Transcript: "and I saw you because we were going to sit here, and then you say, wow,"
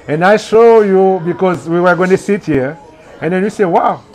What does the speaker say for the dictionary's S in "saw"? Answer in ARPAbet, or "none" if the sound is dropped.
SH